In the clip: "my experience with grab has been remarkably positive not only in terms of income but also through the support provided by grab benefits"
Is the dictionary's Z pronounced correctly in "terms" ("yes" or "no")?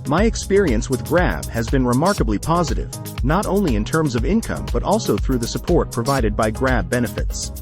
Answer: yes